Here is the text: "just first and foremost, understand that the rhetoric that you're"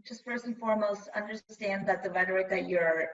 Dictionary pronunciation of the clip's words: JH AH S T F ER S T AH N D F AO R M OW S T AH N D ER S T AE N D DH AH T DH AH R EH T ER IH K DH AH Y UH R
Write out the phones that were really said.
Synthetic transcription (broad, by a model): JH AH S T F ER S AH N F AO R M OW S T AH N D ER S T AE N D DH AH T DH AH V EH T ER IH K DH AH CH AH R